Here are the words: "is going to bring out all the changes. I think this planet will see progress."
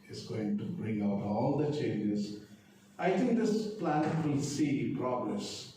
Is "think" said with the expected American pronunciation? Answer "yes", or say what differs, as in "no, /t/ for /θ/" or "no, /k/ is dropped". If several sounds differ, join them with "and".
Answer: no, /t/ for /θ/